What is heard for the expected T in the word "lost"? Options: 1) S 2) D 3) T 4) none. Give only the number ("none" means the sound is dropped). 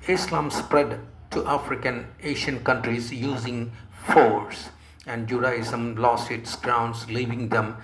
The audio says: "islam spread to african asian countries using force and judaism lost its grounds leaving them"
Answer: 4